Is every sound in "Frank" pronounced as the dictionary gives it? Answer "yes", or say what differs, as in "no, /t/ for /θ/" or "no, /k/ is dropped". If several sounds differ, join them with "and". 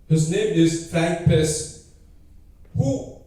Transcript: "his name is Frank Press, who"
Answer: yes